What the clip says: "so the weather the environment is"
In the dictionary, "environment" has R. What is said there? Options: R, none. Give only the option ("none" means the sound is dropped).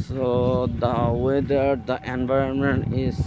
R